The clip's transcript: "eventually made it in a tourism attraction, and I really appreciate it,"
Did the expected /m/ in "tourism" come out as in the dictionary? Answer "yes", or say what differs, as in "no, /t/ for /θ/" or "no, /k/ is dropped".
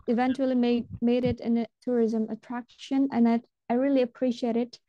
yes